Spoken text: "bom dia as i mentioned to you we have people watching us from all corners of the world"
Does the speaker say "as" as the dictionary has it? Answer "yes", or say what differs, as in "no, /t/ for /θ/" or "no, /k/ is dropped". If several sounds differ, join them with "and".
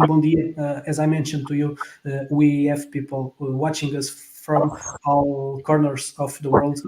yes